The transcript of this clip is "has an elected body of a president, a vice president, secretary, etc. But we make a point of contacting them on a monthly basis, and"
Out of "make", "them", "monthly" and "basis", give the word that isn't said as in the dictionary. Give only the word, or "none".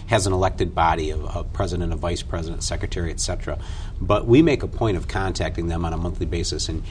none